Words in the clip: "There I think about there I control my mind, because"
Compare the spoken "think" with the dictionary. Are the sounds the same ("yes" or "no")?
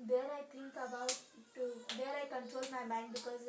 no